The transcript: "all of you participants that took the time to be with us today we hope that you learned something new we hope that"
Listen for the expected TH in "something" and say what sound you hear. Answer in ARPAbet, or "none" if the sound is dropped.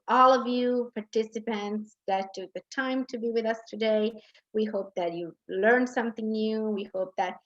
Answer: TH